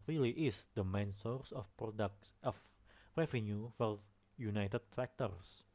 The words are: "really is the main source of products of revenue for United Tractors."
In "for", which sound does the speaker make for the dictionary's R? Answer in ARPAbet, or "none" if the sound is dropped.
L